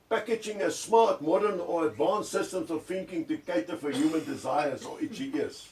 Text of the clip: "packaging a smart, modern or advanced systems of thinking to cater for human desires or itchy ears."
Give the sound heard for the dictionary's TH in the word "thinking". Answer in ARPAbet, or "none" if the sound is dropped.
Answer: F